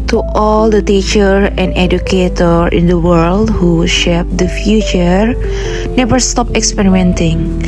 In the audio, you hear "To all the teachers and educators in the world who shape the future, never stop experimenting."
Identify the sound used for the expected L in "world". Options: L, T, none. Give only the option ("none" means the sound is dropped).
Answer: L